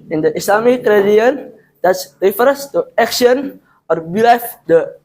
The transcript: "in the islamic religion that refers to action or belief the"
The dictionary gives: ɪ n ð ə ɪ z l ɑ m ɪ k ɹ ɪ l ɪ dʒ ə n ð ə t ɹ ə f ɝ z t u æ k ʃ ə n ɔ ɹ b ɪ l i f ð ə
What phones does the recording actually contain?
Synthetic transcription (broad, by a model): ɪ n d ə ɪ s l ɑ m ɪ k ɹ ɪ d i ə n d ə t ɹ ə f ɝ s t u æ k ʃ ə n ɔ ɹ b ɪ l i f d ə